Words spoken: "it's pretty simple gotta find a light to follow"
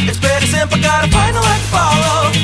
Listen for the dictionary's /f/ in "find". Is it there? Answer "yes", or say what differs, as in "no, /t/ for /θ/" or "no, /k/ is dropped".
no, /p/ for /f/